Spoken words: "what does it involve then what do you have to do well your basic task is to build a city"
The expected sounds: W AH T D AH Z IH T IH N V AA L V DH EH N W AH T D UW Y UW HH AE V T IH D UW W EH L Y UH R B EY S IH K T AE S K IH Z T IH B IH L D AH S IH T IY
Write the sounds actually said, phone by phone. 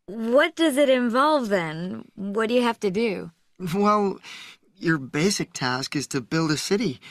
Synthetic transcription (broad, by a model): W AH T D AH Z IH T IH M V AA L V DH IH N W AH T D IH Y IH HH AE F T IH D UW W EH L Y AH R B EY S IH K T AE S K IH Z T IH B IH L D AH S IH T IY